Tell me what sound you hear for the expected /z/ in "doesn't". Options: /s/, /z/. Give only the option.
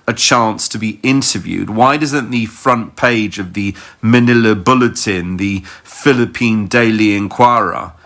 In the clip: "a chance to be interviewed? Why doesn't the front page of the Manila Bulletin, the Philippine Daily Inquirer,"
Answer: /z/